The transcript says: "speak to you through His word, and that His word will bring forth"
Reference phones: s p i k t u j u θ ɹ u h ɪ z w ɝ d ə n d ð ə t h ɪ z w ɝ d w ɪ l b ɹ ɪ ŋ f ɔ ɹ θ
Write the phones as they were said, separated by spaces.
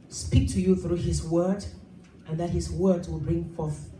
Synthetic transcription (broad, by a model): s p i k t u j u θ ɹ u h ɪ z w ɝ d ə n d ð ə t h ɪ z w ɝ d w ɪ l b ɹ ɪ ŋ f ɔ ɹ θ